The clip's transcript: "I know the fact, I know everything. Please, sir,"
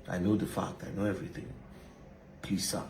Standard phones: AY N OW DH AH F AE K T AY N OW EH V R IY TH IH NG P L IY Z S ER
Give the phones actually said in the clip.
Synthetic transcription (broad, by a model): AY N OW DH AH F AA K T AY N OW EH V R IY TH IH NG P IY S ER